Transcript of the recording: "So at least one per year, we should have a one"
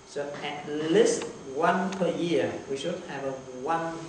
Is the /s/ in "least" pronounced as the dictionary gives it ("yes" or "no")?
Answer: yes